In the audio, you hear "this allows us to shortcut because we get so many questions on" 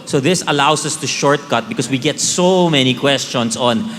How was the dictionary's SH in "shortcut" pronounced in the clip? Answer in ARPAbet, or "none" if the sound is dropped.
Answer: SH